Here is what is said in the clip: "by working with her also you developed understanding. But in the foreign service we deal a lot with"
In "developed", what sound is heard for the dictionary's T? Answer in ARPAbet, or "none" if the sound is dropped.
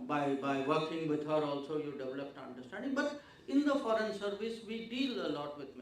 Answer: T